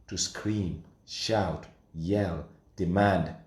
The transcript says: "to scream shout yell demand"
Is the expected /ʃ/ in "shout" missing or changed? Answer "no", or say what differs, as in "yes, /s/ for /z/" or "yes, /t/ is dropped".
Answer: no